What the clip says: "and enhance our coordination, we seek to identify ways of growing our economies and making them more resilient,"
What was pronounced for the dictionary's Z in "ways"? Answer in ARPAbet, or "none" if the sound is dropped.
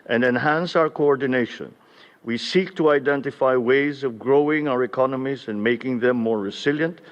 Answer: Z